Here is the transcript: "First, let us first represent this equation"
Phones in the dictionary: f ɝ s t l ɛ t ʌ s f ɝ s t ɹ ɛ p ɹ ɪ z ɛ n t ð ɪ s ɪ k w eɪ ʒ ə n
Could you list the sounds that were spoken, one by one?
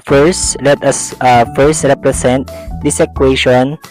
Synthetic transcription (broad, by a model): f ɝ s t l ɛ t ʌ s f ɝ s t ɹ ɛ p ɹ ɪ s ɛ n t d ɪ s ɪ k w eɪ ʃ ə n